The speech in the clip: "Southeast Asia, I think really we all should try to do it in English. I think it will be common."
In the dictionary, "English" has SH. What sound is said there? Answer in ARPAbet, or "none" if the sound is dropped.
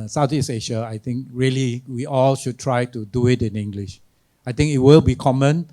SH